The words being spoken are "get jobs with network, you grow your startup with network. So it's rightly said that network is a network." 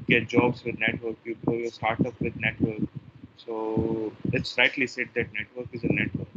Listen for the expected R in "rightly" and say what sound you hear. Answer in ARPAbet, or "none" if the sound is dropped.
L